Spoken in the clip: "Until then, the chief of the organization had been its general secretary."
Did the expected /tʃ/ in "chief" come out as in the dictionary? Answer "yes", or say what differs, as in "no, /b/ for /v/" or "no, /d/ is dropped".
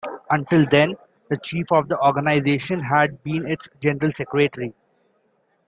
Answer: yes